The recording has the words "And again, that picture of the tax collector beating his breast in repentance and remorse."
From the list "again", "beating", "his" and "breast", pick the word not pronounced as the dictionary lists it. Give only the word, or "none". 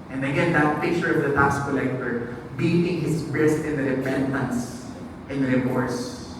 his